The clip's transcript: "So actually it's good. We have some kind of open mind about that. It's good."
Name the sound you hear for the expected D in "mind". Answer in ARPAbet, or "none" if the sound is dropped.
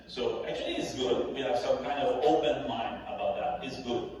none